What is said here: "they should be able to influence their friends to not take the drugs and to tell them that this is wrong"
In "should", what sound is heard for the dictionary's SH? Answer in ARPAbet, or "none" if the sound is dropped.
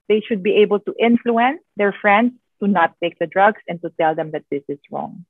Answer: SH